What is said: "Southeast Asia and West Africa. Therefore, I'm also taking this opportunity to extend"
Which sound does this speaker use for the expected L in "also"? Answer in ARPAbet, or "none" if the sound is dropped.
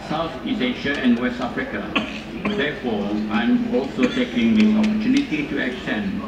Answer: L